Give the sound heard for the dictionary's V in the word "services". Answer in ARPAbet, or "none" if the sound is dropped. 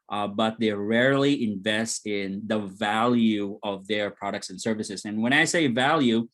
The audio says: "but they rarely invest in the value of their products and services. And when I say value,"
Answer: V